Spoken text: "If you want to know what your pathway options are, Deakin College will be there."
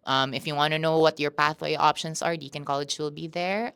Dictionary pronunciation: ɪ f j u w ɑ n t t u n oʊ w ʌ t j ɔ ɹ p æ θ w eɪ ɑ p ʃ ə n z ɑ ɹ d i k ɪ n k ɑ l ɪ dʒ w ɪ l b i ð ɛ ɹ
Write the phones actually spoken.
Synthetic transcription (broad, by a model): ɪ f j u w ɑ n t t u n oʊ w ʌ t j ɔ ɹ p æ θ w eɪ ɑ p ʃ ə n s ɑ ɹ d i k ɪ n k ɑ l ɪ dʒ w ɪ l b i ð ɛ ɹ